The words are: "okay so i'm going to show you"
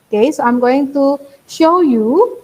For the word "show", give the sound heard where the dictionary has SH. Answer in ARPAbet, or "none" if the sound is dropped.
SH